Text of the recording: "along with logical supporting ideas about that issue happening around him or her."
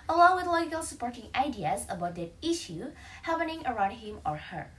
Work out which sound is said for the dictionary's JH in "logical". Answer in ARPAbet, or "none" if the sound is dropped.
none